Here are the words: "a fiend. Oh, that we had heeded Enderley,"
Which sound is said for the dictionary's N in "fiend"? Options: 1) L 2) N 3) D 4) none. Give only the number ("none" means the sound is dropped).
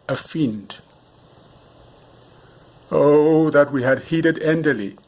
2